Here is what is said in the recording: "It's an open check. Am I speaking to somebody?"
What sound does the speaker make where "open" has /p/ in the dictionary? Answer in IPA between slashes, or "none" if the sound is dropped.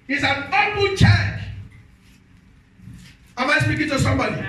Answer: /f/